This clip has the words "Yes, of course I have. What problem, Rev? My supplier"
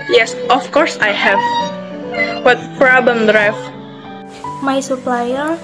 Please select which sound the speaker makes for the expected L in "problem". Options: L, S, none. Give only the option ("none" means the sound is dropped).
none